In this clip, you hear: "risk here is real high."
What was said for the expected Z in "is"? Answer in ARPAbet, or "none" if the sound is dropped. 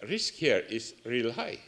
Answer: S